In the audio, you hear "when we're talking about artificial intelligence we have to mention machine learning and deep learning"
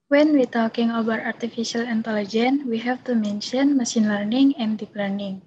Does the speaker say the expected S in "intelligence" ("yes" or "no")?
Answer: no